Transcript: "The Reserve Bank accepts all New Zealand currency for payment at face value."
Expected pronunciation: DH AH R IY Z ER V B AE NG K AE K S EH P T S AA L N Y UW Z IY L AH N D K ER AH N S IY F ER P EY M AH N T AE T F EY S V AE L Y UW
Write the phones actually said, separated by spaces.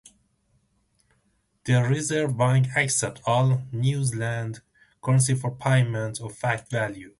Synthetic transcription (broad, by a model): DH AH R IY Z ER V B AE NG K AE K S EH T AA L N Y UW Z L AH N D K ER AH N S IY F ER P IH M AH N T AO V F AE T V AE L Y UW